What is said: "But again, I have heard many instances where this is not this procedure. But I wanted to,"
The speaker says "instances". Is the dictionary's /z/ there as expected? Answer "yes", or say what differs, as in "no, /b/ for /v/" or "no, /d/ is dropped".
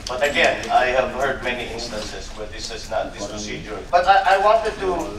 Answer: no, /s/ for /z/